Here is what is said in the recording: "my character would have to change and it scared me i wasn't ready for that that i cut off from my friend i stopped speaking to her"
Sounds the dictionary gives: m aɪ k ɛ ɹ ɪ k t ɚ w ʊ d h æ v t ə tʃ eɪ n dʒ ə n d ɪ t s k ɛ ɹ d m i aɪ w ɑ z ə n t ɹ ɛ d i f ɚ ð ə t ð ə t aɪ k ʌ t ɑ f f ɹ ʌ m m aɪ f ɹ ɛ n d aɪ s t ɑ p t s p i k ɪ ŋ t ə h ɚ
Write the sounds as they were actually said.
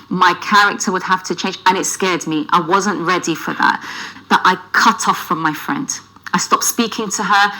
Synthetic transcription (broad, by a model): m aɪ k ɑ ɹ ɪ k t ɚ w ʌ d h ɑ f t ə tʃ eɪ n dʒ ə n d ɪ t s k ɛ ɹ d m i aɪ w ɑ z ə n t ɹ ɛ d i f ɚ ð ə t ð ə t aɪ k ʌ t ɑ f f ɹ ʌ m m aɪ f ɹ ɛ n d aɪ s t ɑ p t s p i k ɪ ŋ t ə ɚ